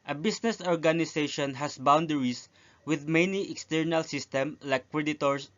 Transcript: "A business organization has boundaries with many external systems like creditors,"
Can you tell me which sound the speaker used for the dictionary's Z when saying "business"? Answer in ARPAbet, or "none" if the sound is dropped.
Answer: S